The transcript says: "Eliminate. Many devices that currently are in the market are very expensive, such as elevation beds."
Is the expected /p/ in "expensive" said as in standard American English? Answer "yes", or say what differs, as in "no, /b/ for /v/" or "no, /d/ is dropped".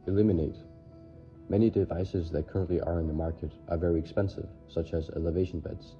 yes